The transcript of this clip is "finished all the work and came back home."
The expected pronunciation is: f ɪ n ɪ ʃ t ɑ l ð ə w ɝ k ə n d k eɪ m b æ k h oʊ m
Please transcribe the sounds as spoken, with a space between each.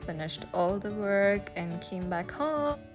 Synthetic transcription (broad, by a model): f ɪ n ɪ ʃ t ɑ l ð ə w ɝ k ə n k eɪ m b æ k h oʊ